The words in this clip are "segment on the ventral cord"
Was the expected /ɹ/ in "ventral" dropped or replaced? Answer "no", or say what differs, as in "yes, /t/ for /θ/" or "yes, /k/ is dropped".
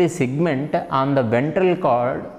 no